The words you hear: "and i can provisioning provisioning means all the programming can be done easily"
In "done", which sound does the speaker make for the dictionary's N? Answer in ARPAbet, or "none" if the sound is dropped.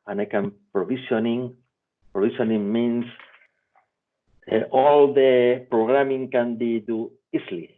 none